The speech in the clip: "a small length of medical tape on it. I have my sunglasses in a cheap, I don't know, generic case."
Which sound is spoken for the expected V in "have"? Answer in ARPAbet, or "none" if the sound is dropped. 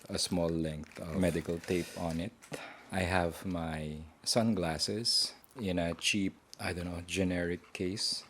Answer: V